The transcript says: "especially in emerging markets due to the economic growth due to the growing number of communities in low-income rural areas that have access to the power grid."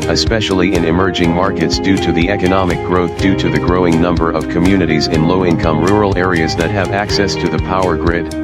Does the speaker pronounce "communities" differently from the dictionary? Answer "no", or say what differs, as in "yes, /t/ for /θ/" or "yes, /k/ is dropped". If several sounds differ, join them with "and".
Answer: no